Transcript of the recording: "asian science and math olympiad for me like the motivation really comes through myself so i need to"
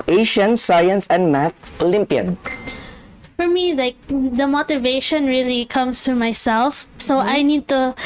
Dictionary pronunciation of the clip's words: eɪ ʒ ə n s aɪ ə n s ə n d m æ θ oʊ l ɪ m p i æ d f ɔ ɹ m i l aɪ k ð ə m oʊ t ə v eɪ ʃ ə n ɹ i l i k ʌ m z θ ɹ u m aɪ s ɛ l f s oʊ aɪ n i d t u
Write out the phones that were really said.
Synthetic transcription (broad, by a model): eɪ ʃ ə n s aɪ ə n s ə n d m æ t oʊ l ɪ m p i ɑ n f ɔ ɹ m i l aɪ k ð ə m oʊ t ə v eɪ ʃ ə n ɹ i l i k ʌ m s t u m aɪ s ɛ l f s oʊ aɪ n i d t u